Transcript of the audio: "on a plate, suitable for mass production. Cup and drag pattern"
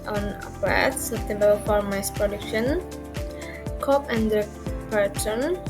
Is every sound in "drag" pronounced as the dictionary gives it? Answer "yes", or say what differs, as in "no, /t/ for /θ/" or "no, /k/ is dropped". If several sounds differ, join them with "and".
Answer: no, /ɹ/ is dropped